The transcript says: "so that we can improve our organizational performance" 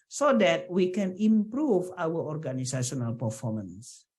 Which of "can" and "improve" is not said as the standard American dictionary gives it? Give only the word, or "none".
none